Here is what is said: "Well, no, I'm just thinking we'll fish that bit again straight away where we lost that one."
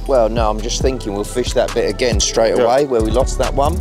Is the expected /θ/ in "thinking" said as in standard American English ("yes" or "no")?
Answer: yes